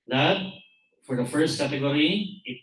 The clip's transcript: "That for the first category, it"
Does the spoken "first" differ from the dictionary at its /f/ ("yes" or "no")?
no